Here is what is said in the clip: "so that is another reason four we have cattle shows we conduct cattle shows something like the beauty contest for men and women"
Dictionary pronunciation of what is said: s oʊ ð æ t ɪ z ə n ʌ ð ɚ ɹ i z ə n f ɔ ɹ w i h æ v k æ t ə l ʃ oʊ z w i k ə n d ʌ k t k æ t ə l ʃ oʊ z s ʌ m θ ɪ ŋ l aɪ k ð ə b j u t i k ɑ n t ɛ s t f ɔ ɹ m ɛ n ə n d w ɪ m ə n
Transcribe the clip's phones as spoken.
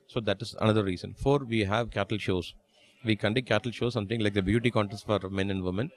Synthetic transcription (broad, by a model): s oʊ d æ t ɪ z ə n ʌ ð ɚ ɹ i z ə n f ɔ ɹ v i h æ v k æ t ə l ʃ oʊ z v i k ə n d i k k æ t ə l ʃ oʊ s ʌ m t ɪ ŋ l aɪ k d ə b j u t i k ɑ n t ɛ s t f ɔ ɹ m ɛ n ə n d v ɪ m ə n